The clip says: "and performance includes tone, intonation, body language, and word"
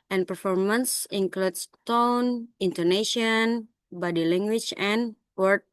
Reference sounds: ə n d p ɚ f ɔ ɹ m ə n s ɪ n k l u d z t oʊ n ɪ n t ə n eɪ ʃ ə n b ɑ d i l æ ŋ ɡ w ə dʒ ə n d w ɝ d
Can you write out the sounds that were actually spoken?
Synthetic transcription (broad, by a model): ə n p ɚ f ɔ ɹ m ə n s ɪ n k l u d s t oʊ n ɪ n t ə n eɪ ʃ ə n b ɑ d i l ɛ ŋ ɡ w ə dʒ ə n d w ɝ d